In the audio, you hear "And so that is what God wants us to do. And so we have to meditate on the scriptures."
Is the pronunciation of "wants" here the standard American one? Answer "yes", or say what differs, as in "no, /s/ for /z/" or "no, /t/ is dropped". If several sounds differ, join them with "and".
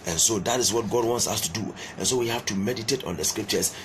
yes